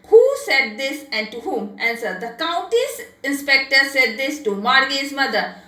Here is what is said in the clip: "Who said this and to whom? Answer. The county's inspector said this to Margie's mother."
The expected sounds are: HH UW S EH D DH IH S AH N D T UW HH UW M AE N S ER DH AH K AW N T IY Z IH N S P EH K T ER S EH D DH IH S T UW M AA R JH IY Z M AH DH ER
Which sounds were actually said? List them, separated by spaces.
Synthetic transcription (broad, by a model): HH UW S EH D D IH S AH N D T UW HH UW M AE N S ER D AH K AW N T IY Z IH N S P EH K T ER S EH D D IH S T UW M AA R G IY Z M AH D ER